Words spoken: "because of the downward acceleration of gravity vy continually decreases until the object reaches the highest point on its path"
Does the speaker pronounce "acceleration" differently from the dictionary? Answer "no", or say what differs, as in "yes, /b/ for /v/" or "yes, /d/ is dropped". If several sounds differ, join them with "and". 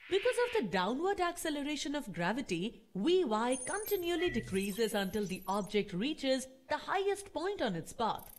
no